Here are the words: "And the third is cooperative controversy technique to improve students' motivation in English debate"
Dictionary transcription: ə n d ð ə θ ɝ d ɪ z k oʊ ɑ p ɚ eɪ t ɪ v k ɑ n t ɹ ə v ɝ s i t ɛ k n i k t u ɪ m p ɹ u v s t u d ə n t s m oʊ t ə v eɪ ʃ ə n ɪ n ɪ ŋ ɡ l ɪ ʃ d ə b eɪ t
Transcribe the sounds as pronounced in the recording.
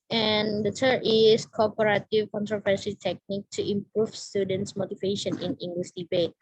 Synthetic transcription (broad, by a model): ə n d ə t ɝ ɪ s k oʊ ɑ p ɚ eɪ t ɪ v k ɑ n t ɹ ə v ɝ s i t ɛ k n i k t u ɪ m p ɹ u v s t u d ə n t s m oʊ t ə v eɪ ʃ ə n ɪ n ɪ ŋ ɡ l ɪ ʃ d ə b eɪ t